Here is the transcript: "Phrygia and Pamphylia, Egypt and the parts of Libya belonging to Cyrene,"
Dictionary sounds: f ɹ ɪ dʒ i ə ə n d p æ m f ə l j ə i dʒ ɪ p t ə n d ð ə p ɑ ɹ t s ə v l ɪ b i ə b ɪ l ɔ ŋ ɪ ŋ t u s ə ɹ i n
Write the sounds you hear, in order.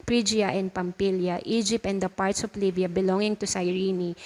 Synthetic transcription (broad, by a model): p ɹ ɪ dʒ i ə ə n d p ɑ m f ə l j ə i dʒ ɪ p t ə n d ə p ɑ ɹ t s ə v l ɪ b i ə b ɪ l ɔ ŋ ɪ ŋ t u s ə ɹ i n